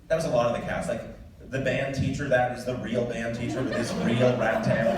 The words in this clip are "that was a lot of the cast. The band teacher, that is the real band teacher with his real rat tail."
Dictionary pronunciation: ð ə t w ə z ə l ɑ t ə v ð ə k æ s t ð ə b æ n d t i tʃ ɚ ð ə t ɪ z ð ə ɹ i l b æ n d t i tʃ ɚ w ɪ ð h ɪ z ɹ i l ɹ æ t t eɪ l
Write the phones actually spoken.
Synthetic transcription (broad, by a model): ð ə t w ə z ə l ɑ t ə v ð ə k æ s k ð ə b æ n t i tʃ ɚ ð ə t ɪ z ð ə ɹ i l b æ n t i tʃ ɚ w ɪ ð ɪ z ɹ i l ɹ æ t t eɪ